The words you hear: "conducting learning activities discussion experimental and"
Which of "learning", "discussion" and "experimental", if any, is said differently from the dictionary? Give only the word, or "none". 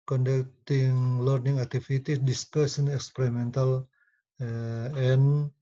discussion